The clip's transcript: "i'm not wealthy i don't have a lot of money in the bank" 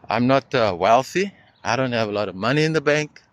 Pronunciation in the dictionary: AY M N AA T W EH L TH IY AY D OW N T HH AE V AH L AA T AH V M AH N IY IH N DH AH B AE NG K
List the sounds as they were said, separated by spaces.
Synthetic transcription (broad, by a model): AY M N AA T W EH L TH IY AY D OW N T HH AE V AH L AA T AH V M AH N IY IH N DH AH B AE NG K